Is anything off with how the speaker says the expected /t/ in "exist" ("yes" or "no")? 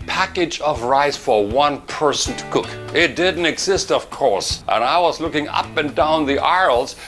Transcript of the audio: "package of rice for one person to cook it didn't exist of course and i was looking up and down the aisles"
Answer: no